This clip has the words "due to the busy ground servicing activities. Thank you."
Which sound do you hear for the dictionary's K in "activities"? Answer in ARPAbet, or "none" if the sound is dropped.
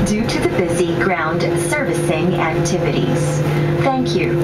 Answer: K